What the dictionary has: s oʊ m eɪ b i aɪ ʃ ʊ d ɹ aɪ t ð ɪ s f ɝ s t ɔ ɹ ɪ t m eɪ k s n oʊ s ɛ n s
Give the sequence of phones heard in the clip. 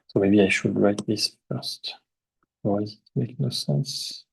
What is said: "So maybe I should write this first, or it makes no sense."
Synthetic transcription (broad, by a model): s oʊ m eɪ b i aɪ ʃ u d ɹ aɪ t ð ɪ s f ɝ s t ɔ w ɪ t m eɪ k n oʊ s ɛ n s